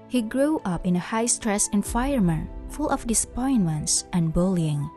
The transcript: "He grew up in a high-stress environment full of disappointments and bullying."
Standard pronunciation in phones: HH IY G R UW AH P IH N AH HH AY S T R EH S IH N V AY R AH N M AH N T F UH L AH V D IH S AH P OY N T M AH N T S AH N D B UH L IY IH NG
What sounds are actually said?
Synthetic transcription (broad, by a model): HH IY G R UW AH P IH N AH HH AY S T R EH S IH N F AY AH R M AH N F UH L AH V D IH S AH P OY N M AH N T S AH N B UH L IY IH NG